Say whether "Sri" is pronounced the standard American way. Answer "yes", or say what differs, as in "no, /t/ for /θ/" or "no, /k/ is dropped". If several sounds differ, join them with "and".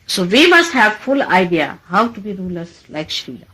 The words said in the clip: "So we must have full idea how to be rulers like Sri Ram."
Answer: no, /ɹ/ is dropped